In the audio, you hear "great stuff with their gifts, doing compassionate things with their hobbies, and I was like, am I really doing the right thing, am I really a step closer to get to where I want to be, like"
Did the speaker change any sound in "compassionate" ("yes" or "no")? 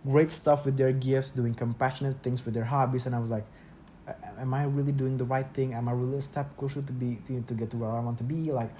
no